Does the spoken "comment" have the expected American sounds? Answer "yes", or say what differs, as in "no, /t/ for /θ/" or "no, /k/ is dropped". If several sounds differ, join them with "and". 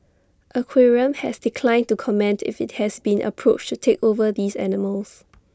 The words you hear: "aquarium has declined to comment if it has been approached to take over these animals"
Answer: yes